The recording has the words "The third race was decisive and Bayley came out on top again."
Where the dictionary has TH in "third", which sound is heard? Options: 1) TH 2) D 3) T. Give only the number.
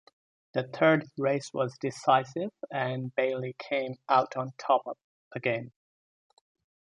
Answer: 1